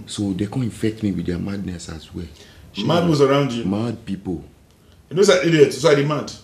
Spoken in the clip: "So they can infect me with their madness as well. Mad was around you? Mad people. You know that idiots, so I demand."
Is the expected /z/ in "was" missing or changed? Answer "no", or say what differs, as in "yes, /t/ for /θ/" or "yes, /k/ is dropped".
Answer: yes, /s/ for /z/